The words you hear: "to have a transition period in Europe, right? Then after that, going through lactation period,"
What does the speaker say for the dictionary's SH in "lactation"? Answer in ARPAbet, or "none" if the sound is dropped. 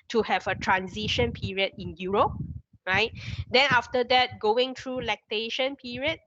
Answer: SH